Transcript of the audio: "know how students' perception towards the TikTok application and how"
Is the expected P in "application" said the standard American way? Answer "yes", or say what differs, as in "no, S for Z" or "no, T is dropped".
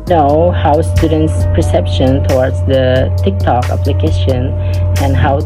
yes